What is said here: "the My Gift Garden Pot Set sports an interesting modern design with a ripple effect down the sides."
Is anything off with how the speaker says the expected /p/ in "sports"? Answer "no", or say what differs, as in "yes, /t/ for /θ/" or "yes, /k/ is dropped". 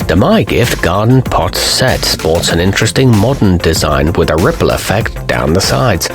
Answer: no